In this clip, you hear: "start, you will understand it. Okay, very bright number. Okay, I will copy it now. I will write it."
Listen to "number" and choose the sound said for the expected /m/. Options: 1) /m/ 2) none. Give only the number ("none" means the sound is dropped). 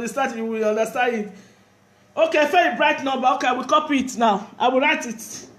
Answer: 2